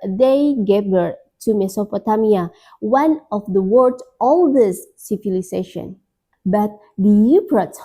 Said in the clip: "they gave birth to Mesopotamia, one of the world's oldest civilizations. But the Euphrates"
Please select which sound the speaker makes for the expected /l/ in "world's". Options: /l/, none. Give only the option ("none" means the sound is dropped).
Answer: none